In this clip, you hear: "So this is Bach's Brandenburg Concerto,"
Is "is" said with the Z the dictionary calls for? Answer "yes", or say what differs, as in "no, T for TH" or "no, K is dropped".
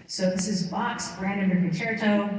yes